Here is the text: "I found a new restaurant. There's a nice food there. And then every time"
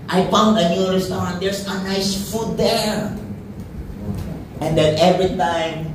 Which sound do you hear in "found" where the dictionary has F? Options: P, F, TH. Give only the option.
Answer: P